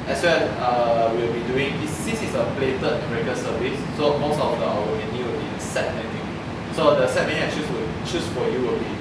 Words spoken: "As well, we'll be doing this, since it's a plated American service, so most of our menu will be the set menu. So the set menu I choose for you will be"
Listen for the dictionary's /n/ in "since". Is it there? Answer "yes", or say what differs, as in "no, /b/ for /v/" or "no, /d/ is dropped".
no, /n/ is dropped